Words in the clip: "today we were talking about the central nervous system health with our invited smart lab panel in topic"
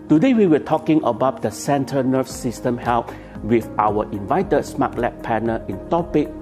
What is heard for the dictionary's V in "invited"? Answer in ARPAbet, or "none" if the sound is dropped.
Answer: V